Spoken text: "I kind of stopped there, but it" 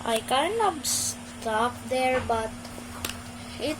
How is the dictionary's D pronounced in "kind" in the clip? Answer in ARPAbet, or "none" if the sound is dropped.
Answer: none